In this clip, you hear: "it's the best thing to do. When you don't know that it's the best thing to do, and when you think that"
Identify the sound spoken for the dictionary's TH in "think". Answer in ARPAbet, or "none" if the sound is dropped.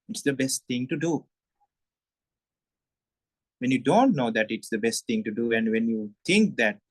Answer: T